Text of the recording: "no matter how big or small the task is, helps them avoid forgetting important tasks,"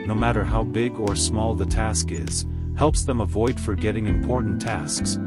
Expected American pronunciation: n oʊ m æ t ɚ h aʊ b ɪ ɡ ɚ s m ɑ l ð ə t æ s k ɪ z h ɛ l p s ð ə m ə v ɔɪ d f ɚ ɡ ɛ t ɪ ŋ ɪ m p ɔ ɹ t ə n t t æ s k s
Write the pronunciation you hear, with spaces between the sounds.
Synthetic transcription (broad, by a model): n oʊ m æ t ɚ h aʊ b ɪ ɡ ɚ s m ɑ l ð ə t æ s k ɪ z h ɛ l p s ð ə m ə v ɔɪ d f ɚ ɡ ɛ t ɪ ŋ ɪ m p ɔ ɹ t n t t æ s k s